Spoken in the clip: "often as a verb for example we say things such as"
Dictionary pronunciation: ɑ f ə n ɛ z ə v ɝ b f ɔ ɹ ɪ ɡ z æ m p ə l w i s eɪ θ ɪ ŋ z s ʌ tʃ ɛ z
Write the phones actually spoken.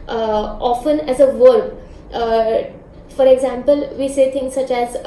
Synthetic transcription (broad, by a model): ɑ f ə n ɛ z ə v ɝ b f ɔ ɹ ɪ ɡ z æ m p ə l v i s eɪ t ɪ ŋ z s ʌ tʃ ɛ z